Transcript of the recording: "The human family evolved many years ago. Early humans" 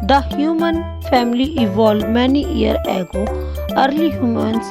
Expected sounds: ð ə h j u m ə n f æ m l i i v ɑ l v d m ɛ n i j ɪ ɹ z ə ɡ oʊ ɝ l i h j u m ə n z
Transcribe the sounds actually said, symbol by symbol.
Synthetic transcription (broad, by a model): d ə h j u m ə n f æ m l i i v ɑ l d m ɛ n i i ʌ ɹ ə ɡ oʊ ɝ l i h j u m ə n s